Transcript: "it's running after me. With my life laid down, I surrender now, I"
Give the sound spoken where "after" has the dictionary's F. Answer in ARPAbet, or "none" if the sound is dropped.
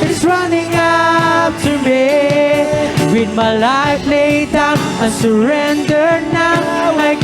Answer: P